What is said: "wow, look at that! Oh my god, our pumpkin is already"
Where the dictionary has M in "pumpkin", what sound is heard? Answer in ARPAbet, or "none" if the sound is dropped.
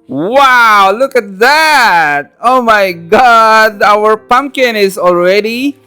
M